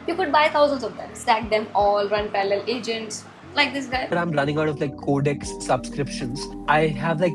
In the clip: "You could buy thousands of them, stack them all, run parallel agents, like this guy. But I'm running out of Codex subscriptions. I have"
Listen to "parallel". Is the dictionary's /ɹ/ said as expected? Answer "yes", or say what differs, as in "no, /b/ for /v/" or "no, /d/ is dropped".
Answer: no, /l/ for /ɹ/